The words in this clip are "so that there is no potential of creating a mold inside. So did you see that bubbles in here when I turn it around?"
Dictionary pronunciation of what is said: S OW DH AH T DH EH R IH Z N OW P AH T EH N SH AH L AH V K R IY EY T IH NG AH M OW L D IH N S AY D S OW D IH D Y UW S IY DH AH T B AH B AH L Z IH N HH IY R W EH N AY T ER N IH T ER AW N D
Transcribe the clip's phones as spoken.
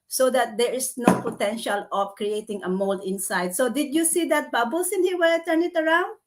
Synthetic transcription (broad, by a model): S OW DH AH T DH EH R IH S N OW P AH T EH N SH AH L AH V K R IY EY T IH NG AH M OW L D IH N S AY D S OW D IH D Y UW S IY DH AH T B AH B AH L S IH N HH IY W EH T ER N IH T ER AW N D